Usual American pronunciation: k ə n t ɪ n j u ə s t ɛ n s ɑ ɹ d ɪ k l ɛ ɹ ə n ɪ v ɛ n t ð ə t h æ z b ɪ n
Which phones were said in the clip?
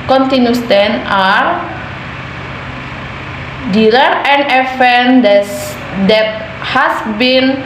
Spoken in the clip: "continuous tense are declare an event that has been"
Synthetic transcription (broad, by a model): k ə n t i n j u s t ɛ n ɑ ɹ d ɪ l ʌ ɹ ə n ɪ f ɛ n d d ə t h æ s b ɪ n